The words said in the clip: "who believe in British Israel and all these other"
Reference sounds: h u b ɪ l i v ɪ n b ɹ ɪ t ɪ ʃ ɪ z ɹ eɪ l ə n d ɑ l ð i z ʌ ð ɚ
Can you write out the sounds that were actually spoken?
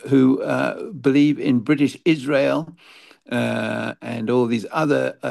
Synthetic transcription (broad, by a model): h u b ɪ l i v ɪ n b ɹ ɪ t ɪ ʃ ɪ z ɹ eɪ l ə n ɑ l ð i z ʌ ð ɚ